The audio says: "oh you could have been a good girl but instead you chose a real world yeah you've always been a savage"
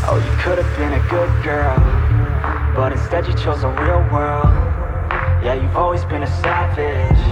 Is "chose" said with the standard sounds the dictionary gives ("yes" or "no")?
yes